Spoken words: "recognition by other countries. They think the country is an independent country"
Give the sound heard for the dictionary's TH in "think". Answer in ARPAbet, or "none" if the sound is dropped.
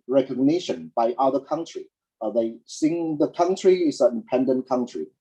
S